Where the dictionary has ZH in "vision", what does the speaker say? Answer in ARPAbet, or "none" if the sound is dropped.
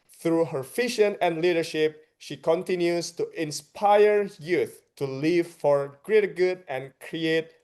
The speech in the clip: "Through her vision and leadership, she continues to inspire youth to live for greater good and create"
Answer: SH